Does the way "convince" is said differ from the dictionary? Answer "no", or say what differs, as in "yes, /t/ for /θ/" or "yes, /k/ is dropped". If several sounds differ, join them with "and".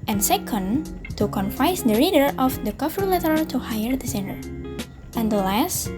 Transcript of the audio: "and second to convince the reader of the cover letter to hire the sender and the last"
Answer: yes, /f/ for /v/ and /n/ is dropped